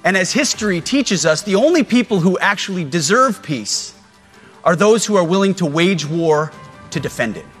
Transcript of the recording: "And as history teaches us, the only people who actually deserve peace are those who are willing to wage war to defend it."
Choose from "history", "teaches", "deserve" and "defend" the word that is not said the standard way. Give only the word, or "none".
none